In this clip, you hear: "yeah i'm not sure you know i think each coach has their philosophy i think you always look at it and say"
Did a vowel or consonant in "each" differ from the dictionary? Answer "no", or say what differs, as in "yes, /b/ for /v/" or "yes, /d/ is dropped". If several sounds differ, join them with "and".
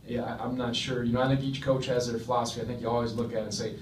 no